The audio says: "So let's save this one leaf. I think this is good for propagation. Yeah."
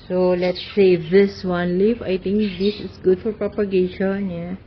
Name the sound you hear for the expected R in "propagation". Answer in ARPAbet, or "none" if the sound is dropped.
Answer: R